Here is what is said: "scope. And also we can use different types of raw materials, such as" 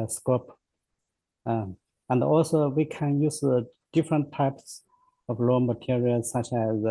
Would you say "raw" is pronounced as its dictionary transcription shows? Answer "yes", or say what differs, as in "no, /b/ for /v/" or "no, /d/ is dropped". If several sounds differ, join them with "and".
no, /l/ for /ɹ/